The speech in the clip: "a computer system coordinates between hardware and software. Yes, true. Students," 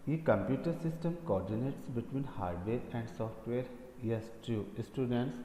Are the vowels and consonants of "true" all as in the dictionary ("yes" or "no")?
no